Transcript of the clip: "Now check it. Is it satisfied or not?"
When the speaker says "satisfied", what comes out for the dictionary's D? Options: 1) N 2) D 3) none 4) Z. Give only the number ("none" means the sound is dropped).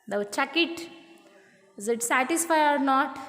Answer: 3